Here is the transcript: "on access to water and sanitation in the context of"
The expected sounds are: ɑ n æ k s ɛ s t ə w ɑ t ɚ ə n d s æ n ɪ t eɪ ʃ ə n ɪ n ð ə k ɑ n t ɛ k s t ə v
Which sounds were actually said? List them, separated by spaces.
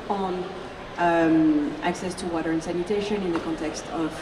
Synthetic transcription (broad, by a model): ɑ n æ k s ɛ s t ə w ɑ t ɚ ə n s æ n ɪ t eɪ ʃ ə n ɪ n ð ə k ɑ n t ɛ k s t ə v